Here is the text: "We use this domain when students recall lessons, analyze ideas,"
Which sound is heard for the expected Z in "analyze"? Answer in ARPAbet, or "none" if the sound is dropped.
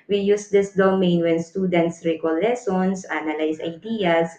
S